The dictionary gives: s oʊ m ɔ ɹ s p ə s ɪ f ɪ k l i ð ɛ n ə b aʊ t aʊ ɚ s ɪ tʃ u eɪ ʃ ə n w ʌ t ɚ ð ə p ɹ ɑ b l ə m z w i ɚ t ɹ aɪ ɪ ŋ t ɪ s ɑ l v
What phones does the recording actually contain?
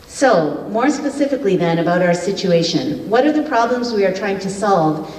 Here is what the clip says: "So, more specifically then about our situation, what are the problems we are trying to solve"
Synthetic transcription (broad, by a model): s oʊ m ɔ ɹ s p ə s ɪ f ɪ k l i ð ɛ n ə b aʊ t aʊ ɚ s ɪ tʃ u eɪ ʃ ə n w ʌ t ɚ ð ə p ɹ ɑ b l ə m z w i ɚ t ɹ aɪ ɪ ŋ t ɪ s ɑ l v